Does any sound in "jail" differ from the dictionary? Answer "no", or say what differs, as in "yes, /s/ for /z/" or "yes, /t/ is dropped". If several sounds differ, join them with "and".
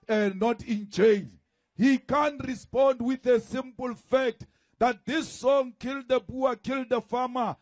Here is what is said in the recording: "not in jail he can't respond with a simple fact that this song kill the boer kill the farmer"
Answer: yes, /tʃ/ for /dʒ/